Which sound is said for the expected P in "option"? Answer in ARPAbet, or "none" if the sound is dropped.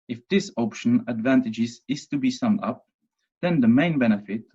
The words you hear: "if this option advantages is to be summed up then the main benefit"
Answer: P